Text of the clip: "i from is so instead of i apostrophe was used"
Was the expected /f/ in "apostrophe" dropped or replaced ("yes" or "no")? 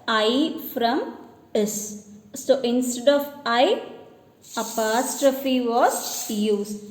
no